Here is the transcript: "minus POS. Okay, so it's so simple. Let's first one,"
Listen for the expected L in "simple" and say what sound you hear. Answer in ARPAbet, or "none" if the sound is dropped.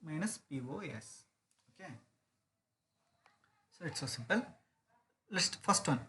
L